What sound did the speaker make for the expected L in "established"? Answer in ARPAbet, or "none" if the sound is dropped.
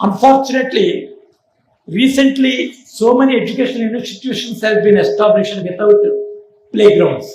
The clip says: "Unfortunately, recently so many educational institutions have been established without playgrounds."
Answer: N